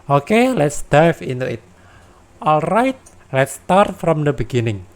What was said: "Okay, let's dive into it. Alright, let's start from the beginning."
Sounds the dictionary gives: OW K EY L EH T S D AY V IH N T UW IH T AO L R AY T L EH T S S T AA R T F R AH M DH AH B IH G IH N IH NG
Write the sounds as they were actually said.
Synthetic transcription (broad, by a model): OW K EY L EH T S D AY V IH N T UW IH T AO L R AY T L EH T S S T AA R T F R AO M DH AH B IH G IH N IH NG